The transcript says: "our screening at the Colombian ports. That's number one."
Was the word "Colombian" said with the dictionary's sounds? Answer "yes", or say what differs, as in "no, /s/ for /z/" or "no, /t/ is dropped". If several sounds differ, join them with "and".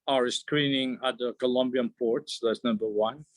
yes